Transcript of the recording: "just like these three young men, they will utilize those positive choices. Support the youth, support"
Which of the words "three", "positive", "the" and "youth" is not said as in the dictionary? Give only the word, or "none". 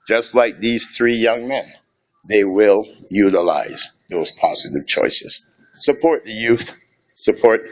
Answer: none